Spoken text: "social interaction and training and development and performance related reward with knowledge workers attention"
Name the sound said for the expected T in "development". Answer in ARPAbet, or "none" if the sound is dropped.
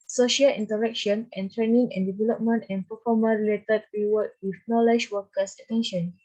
T